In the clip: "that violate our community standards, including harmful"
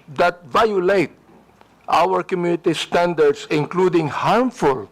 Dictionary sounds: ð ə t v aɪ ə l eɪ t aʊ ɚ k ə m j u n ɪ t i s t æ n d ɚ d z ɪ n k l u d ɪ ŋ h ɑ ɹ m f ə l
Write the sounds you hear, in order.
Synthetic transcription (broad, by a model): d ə t v aɪ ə l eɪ t aʊ ɚ k ə m j u n ɪ t i s t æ n d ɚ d s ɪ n k l u d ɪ ŋ h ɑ ɹ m f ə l